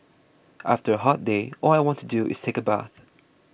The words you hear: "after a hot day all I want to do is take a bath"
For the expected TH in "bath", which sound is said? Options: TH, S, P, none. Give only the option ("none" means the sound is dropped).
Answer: TH